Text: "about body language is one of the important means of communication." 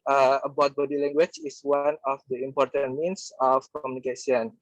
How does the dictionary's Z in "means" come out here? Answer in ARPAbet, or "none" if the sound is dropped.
S